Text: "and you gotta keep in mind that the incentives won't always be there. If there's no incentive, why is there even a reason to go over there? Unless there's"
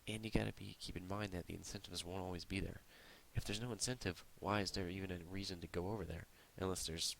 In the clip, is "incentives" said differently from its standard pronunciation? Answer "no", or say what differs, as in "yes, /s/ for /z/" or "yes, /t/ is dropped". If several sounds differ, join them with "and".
no